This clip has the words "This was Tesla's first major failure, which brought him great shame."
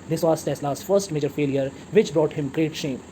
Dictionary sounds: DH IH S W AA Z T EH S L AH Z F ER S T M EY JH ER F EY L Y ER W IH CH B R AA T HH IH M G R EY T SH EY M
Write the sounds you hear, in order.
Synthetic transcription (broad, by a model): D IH S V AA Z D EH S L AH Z F ER S T M EY JH ER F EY L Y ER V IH CH B R AA T HH IH M G R EY T SH EY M